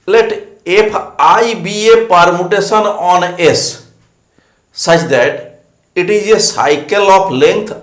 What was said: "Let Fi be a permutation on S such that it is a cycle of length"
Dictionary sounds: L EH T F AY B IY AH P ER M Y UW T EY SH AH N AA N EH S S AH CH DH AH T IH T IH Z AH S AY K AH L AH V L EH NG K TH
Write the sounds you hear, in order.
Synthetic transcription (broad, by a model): L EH T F AY B IY AH P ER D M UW T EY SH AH N AA N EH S S AH CH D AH T IH T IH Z AH S AY K AH L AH P L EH NG K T